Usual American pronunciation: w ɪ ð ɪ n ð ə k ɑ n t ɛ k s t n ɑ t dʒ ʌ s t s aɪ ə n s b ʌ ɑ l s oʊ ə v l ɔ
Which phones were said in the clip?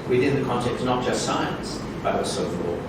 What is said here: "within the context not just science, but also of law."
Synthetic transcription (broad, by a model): w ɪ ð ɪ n ð ə k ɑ n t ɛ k t n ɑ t dʒ ʌ s t s aɪ ə n s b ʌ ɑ s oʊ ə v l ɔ